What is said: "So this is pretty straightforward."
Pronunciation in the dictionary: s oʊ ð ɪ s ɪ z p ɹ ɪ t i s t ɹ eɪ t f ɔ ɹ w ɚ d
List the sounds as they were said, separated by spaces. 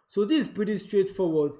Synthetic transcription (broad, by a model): s oʊ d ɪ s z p ɪ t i s t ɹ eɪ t f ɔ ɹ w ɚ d